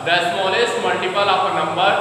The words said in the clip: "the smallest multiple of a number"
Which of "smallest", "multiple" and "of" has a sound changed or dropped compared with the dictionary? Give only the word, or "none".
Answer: of